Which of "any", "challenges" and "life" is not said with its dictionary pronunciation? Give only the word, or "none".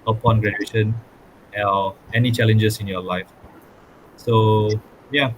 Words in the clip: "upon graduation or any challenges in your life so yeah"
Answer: challenges